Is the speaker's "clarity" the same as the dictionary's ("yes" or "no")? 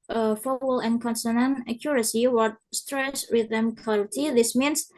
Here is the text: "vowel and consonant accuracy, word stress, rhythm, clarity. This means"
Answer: no